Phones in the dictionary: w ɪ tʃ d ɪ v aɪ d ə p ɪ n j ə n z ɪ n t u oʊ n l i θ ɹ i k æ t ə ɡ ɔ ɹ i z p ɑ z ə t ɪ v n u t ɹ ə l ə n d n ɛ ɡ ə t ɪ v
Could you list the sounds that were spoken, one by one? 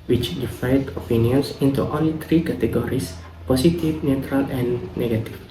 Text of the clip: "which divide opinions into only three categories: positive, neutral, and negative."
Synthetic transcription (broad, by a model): w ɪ tʃ d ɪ f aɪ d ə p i n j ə n s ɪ n t u oʊ n l i t ɹ i k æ t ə ɡ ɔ ɹ i s p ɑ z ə t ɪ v n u t ɹ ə l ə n n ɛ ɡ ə t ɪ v